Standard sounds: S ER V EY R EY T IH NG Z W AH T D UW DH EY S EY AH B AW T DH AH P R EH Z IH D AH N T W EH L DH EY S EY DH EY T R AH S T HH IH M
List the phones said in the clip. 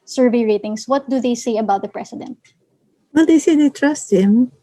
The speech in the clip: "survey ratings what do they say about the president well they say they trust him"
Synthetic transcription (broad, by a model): S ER V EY R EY T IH NG S W AH T D UW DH EY S EY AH B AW T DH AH P R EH S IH D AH N T W EH L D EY S EY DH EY T R AH S T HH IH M